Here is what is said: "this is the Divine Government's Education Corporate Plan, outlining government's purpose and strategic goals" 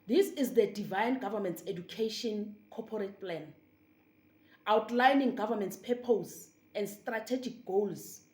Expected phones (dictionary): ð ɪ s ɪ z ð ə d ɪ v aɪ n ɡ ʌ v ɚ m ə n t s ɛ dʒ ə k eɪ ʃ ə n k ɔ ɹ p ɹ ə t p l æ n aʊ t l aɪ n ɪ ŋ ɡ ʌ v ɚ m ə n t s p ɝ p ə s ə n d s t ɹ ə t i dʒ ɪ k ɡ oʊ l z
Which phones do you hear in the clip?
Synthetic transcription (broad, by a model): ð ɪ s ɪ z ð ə d ɪ v aɪ n ɡ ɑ v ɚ m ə n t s ɛ dʒ ə k eɪ ʃ ə n k ɔ p ɹ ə t p l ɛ n aʊ t l aɪ n ɪ ŋ ɡ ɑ v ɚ m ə n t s p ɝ p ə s ə n d s t ɹ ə t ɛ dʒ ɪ k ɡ oʊ l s